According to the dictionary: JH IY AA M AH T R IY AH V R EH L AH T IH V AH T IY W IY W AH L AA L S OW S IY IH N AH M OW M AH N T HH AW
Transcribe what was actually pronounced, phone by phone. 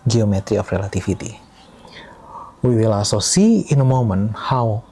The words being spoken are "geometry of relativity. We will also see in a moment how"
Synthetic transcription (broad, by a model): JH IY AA M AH T R IY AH F R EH L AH T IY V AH T IY W IY W AH L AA S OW S IY IH N AH M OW M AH N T HH AW